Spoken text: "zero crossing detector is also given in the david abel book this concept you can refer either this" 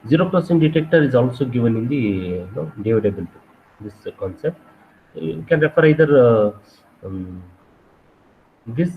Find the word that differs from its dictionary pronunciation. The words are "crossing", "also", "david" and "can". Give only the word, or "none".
crossing